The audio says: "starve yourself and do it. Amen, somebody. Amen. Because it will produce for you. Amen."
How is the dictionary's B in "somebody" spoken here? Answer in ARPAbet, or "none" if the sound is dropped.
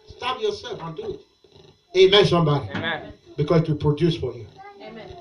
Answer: B